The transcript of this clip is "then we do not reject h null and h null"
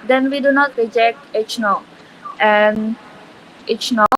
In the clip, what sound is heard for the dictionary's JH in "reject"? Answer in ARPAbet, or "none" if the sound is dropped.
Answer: JH